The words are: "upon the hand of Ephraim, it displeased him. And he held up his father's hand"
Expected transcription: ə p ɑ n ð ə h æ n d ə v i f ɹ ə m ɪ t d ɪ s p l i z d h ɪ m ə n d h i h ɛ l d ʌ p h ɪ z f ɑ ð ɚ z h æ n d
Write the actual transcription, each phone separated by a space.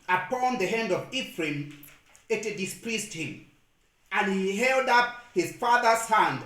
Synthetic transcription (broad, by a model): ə p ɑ n ð ə h æ n d ə v i f ɹ ə m ɪ t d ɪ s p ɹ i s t h ɪ m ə n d h i h ɛ l d ʌ p h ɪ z f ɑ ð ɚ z h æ n d